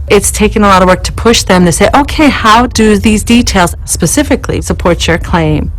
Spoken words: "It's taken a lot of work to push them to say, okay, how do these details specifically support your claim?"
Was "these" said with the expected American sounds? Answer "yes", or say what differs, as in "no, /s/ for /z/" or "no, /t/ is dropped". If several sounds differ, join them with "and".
yes